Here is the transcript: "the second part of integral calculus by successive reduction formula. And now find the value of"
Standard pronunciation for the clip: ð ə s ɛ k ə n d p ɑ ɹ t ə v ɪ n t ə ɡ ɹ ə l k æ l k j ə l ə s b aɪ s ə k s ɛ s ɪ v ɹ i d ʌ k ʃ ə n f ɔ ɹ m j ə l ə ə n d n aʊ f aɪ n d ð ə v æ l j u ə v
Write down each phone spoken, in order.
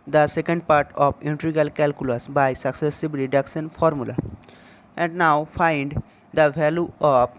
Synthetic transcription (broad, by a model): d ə s ɛ k ə n d p ɑ ɹ t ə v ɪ n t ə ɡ ə l k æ l k j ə l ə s b aɪ s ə k s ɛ s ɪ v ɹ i d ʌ k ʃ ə n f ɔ ɹ m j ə l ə ə n d n aʊ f aɪ n d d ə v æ l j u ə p